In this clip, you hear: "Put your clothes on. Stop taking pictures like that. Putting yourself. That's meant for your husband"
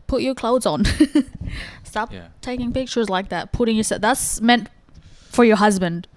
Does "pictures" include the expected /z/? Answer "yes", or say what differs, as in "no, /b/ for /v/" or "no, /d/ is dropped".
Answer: yes